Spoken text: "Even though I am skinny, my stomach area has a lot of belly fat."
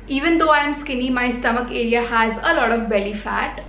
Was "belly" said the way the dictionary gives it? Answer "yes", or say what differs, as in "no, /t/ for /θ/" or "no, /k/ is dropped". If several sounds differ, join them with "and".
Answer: yes